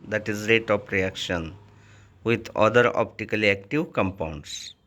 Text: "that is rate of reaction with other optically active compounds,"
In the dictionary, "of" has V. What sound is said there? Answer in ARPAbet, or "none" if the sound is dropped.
P